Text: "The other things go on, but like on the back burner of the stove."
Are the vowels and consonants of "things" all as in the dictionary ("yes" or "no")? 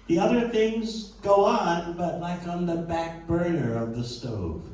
yes